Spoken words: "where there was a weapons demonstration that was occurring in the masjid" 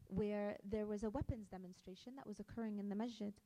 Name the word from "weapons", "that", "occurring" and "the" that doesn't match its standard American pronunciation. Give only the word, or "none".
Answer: none